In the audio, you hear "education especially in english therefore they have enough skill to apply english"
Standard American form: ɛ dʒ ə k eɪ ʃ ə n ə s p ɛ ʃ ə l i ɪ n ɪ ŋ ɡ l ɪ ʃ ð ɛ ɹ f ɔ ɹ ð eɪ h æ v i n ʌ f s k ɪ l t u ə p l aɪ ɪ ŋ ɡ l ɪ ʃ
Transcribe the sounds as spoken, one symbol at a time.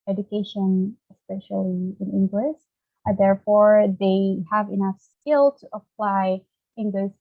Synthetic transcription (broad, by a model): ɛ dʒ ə k eɪ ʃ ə n ə s p ɛ ʃ ə l i ɪ n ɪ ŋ ɡ l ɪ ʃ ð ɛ ɹ f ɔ ɹ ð eɪ h æ v i n ʌ f s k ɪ l t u ə p l aɪ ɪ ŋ ɡ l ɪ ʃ